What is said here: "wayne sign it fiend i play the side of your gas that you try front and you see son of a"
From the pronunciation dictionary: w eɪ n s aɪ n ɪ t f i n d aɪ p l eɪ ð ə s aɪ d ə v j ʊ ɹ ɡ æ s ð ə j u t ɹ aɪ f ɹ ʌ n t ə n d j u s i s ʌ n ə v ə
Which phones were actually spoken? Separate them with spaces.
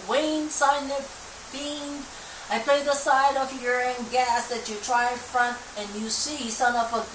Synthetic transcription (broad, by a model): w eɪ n s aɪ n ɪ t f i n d aɪ p l eɪ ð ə s aɪ d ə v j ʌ ɹ ɡ æ s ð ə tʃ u t ɹ aɪ f ɹ ʌ n t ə n j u s i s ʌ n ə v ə